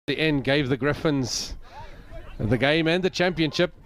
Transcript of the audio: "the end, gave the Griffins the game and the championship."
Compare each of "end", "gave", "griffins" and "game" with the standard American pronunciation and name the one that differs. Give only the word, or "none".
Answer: none